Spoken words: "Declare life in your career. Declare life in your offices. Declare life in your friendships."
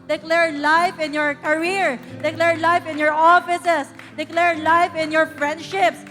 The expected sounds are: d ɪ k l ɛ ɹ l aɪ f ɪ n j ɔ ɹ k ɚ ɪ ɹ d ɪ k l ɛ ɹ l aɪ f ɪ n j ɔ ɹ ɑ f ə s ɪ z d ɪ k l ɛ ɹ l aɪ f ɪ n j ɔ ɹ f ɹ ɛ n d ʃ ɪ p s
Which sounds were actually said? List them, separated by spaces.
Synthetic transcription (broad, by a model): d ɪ k l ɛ ɹ l aɪ f ɪ n j ɔ ɹ k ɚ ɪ ɹ d ɪ k l ɛ ɹ l aɪ f ɪ n j ɔ ɹ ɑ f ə s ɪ s d ɪ k l ɛ ɹ l aɪ f ɪ n j ɔ ɹ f ɹ ɛ n d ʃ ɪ p s